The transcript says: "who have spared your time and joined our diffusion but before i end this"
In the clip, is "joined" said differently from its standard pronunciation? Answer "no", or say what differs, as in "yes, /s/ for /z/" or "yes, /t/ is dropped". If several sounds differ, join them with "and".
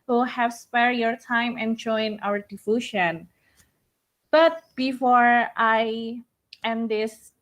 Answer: yes, /d/ is dropped